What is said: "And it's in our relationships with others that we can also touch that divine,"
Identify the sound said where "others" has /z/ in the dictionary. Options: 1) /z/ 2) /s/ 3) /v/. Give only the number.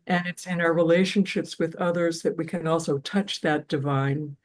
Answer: 1